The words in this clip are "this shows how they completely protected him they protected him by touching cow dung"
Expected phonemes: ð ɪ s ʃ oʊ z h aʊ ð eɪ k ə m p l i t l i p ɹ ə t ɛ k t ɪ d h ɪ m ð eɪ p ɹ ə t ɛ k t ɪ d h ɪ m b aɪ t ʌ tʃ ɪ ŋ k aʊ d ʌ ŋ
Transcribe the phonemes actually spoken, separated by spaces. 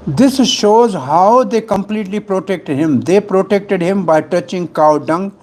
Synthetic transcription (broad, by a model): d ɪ s ʃ oʊ z h aʊ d eɪ k ə m p l i t l i p ɹ ə t ɛ k t ɪ d h ɪ m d eɪ p ɹ ə t ɛ k t ɪ d h ɪ m b aɪ t ʌ tʃ ɪ ŋ k aʊ d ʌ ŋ